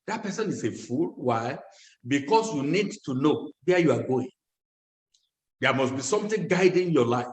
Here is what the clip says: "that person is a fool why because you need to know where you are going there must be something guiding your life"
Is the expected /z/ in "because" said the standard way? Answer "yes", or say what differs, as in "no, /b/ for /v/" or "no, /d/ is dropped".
no, /s/ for /z/